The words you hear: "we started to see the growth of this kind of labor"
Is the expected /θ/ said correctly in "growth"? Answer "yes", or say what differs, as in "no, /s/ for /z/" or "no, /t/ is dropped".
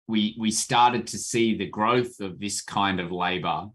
yes